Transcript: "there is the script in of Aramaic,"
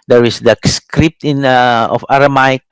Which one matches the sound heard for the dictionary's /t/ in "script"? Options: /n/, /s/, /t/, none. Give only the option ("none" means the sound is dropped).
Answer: /t/